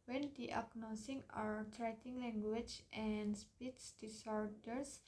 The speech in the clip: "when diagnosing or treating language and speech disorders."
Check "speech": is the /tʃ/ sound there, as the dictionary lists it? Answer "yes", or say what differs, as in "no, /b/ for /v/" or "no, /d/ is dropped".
no, /s/ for /tʃ/